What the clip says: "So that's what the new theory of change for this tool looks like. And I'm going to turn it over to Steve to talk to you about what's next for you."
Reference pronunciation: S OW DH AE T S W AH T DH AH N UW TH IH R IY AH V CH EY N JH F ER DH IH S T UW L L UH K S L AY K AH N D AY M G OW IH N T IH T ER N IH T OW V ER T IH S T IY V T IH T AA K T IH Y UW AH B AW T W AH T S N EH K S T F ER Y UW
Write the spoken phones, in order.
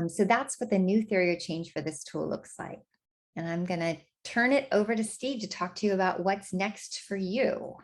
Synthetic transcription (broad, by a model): S OW DH AE T S W AH T DH AH N UW TH IH R IY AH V CH EY N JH F ER DH IH S T UW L L UH K S L AY K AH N AY M G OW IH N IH T ER N IH T OW V ER T IH S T IY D T IH T AA K T IH Y UW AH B AW T W AH T S N EH K S T F ER Y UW